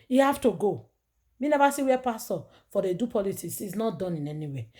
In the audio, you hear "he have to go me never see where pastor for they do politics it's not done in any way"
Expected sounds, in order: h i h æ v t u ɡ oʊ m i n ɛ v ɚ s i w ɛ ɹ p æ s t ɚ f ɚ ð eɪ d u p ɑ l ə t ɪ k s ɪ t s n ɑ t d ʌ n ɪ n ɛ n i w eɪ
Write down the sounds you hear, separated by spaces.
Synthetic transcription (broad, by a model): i h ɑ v t u ɡ oʊ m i n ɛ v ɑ s i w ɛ p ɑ s t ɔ f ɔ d eɪ d u p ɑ l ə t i s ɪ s n ɑ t d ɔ n ɪ n ɛ n i w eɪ